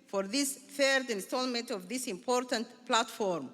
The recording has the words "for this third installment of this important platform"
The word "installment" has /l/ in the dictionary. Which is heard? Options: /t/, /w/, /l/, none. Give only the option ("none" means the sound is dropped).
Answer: /l/